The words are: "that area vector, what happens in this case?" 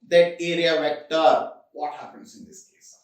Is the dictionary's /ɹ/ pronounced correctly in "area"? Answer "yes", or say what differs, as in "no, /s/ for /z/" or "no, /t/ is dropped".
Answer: yes